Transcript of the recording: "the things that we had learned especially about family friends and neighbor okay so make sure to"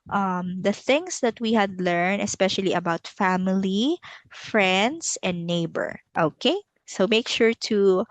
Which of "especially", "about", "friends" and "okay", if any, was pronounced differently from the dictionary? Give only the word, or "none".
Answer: friends